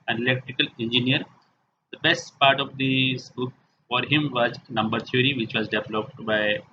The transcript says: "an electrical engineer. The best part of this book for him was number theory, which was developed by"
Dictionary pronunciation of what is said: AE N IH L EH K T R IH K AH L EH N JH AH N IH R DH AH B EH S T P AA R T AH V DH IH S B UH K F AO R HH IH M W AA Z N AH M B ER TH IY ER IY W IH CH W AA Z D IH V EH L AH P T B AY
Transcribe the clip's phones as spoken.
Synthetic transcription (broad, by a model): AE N IH L EH K T R IH K AH L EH N JH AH N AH R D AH B EH S T P AA R T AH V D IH S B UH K F AO R HH IH M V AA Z N AH M B ER T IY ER IY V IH CH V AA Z D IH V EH L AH P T B AY